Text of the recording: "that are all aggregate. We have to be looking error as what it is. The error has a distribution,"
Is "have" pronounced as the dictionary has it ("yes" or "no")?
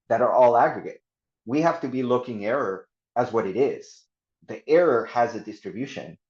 no